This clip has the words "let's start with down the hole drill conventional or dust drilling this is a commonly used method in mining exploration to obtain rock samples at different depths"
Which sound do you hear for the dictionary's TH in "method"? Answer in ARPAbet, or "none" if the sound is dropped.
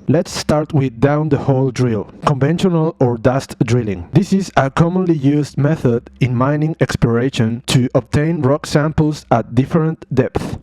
TH